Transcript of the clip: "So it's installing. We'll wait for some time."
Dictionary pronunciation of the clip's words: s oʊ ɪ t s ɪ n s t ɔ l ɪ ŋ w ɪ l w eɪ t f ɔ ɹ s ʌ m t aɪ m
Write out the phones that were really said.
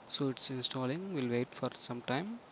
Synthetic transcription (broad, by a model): s oʊ ɪ t s ɪ n s t ɔ l ɪ ŋ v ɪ l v eɪ t f ɔ ɹ s ʌ m t aɪ m